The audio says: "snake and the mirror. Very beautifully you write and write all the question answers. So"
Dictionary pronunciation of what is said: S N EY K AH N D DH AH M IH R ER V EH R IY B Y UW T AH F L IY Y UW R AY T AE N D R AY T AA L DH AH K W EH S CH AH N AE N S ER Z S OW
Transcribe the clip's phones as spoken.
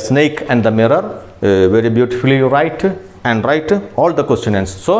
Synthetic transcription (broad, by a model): S N EY K AH N D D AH M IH R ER V EH R IY B Y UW T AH F IY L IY R AY T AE N D R AY T AA L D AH K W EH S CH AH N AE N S S OW